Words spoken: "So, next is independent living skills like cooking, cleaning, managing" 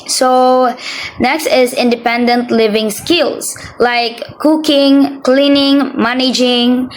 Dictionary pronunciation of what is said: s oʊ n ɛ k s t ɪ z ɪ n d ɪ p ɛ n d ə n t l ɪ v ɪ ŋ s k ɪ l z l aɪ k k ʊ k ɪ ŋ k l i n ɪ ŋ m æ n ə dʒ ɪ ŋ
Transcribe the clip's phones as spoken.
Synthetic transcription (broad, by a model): s oʊ n ɛ k s t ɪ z ɪ n d ɪ p ɛ n d ə n t l ɪ v ɪ ŋ s k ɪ l s l aɪ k k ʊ k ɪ ŋ k l i n ɪ ŋ m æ n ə dʒ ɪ ŋ